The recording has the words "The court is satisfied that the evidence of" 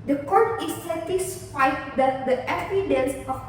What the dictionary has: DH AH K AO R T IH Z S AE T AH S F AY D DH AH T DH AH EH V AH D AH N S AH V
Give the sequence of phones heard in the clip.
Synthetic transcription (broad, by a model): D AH K AO R T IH S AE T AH S F AY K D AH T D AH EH F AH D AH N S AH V